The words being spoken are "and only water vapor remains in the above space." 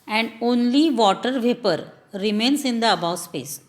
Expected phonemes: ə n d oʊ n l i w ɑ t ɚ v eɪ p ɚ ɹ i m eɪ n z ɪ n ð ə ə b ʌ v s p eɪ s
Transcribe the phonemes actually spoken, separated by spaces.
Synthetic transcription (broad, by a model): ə n d oʊ n l i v ɑ t ɚ v eɪ p ɚ ɹ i m eɪ n s ɪ n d ə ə b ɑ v s p eɪ s